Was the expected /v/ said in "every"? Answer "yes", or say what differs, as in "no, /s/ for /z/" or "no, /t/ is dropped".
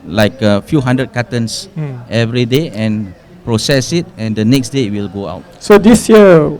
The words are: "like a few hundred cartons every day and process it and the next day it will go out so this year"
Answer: yes